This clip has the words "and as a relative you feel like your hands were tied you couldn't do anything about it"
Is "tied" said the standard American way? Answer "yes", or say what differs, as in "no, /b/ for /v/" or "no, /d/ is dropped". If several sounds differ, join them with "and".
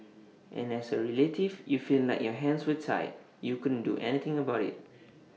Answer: no, /s/ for /t/